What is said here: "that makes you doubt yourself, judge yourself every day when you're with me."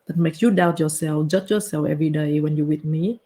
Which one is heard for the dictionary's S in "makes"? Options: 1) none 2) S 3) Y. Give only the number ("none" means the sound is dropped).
1